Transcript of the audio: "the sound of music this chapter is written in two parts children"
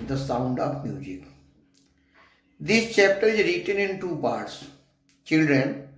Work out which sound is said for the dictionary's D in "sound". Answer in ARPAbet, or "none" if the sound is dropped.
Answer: D